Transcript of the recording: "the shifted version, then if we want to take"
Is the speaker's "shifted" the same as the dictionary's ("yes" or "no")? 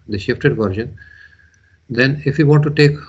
yes